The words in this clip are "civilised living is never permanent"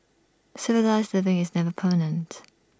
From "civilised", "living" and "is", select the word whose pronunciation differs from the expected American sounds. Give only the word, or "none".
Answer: none